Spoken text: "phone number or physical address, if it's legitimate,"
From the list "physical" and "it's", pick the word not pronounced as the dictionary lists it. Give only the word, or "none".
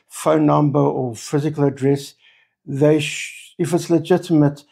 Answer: none